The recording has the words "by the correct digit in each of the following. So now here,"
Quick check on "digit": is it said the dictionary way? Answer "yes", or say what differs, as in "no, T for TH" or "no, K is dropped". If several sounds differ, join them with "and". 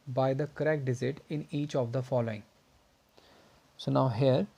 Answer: no, Z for JH